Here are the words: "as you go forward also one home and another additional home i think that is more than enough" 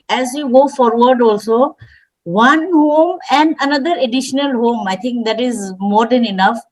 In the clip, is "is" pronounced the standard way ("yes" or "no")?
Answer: yes